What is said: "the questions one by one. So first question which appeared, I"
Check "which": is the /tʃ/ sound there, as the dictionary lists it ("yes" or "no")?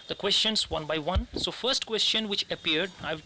yes